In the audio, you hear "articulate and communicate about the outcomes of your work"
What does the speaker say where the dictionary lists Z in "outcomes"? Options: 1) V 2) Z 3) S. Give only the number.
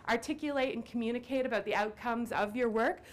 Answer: 2